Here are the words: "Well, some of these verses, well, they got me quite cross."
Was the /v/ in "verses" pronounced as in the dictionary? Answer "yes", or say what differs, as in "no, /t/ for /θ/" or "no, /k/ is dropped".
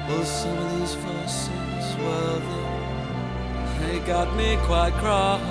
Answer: no, /f/ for /v/